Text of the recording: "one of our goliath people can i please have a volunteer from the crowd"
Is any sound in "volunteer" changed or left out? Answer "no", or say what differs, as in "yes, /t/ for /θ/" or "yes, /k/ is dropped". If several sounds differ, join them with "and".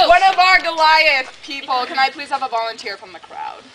no